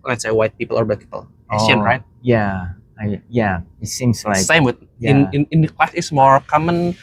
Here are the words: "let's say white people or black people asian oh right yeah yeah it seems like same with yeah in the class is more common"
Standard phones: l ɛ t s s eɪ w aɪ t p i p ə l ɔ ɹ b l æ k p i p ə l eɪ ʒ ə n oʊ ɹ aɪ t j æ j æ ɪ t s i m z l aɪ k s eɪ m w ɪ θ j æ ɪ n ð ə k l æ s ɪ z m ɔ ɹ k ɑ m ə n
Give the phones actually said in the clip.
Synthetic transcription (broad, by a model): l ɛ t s s eɪ w aɪ t p i p ə l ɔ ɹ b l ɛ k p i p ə l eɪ s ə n ɹ aɪ t j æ j æ ɪ t s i m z l aɪ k s eɪ m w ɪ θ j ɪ ɪ n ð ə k l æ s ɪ s m ɔ ɹ k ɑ m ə n